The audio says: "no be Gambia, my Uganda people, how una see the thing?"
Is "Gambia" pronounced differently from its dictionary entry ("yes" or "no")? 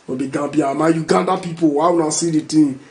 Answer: yes